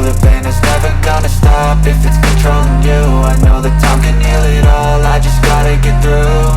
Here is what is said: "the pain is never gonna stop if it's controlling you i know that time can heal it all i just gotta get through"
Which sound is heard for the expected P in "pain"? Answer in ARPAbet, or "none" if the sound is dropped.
F